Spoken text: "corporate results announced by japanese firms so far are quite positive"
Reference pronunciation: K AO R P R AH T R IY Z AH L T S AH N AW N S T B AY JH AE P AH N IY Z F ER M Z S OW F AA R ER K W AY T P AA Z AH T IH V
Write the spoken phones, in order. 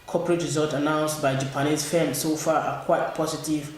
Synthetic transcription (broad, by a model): K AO P R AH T R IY Z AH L T AH N AW N S T B AY JH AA P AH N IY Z F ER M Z S OW F AA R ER K W AY T P AA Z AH T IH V